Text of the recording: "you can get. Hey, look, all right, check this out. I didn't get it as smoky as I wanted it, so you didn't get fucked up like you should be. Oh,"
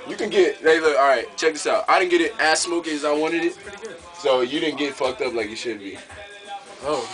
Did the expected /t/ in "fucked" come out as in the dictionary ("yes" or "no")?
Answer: yes